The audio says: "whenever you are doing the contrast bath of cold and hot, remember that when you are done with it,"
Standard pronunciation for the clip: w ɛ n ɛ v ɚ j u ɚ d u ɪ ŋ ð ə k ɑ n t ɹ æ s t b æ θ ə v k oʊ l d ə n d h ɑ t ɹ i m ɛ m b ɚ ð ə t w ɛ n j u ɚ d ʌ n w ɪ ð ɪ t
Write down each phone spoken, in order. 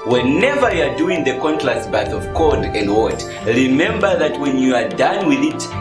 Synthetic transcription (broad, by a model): w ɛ n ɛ v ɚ j u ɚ d u ɪ ŋ ð ə k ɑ n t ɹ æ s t b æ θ ə v k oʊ d ə n d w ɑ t ɹ i m ɛ m b ɚ ð ə t w ɛ n j u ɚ d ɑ n w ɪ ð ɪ t